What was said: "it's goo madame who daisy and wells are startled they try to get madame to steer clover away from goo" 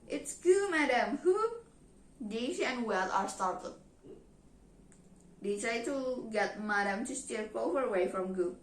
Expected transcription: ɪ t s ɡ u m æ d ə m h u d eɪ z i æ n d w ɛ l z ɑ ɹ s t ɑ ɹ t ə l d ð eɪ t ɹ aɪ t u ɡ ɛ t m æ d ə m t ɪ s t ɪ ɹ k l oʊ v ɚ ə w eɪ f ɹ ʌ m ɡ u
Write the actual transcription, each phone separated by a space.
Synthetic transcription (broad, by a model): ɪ t s ɡ u m æ d ə m h u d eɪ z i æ n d w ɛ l ɑ ɹ s t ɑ ɹ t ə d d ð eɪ t ɹ aɪ t u ɡ ɛ t m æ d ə m t ɪ s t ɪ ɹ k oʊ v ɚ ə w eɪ f ɹ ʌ m ɡ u